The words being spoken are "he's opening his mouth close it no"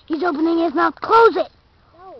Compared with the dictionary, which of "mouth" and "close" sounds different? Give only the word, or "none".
mouth